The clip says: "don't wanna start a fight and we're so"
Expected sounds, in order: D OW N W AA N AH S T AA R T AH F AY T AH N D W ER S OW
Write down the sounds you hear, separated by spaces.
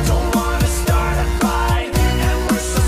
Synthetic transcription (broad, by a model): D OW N W AA N AH S T AA R T AH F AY AH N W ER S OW